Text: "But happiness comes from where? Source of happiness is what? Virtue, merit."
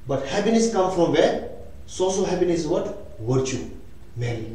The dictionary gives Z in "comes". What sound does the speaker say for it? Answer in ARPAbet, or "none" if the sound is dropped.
none